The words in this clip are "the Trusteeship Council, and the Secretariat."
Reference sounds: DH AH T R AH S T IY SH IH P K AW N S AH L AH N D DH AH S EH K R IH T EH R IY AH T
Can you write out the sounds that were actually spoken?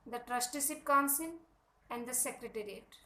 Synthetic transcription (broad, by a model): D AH T R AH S T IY S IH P K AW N S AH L AH N D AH S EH K R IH T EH R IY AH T